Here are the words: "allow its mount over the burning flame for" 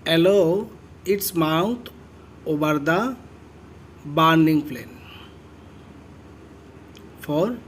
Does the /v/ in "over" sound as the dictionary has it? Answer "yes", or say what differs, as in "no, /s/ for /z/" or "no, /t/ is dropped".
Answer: no, /b/ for /v/